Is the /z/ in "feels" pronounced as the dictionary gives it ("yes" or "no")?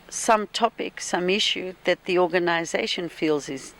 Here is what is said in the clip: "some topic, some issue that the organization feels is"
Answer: yes